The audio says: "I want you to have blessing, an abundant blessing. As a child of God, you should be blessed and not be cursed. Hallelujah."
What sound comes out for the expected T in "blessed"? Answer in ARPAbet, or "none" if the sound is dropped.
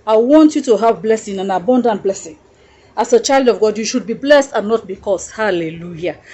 T